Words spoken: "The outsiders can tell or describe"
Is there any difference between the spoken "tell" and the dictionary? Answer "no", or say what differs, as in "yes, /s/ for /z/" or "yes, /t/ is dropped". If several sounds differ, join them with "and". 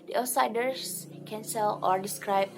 yes, /s/ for /t/